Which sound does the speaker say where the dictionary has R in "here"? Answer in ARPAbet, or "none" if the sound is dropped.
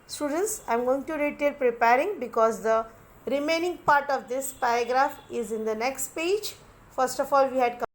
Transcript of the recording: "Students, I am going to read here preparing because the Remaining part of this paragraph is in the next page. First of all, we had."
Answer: L